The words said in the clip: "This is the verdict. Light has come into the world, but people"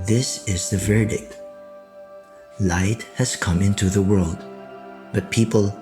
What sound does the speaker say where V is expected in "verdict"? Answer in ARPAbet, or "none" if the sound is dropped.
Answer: V